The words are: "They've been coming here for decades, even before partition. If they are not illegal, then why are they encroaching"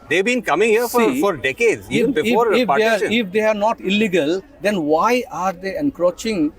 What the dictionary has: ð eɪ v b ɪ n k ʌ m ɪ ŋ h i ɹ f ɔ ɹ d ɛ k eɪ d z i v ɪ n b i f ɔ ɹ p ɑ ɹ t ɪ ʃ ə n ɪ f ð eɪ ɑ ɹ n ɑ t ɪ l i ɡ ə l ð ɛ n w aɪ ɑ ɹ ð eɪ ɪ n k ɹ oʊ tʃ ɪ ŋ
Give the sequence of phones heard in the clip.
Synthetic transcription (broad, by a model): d eɪ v b ɪ n k ʌ m ɪ ŋ h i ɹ f ɔ ɹ d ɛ k eɪ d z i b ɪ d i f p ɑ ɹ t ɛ ə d ɪ f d eɪ ɑ ɹ n ɑ t ɪ l i ɡ ə l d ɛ n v aɪ ɑ ɹ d eɪ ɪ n k ɹ oʊ tʃ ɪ ŋ